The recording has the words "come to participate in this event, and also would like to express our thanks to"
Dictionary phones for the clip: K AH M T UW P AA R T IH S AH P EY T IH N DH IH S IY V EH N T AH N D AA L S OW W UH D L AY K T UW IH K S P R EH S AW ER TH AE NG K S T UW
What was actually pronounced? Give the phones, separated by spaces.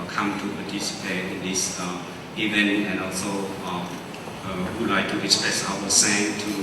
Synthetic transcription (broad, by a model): K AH M T UW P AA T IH S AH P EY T IH N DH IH S IY V EH N T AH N AA L S OW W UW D L AY K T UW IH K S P R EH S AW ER S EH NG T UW